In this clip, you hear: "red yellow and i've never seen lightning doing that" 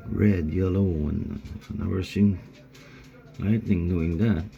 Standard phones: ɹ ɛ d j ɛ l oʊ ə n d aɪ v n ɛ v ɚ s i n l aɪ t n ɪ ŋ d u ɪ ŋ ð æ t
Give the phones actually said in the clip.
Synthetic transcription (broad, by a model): ɹ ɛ d j ɛ l oʊ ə n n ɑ w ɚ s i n l aɪ t n ɪ ŋ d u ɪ ŋ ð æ t